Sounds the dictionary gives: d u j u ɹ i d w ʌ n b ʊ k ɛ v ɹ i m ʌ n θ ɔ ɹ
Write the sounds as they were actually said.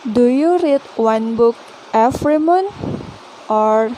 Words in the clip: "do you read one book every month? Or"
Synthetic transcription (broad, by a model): d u j u ɹ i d w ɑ n b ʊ k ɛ f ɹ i m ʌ n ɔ ɹ